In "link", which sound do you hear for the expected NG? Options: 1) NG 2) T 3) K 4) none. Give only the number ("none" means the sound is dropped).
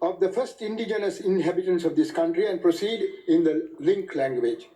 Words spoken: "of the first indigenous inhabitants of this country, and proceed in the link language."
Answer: 1